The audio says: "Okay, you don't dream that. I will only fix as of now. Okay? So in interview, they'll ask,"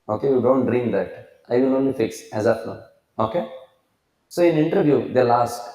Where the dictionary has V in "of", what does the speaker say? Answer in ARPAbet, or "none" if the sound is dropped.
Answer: P